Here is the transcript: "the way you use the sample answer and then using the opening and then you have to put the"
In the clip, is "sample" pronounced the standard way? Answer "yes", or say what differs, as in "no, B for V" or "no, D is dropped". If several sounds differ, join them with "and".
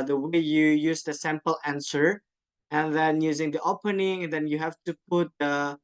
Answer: yes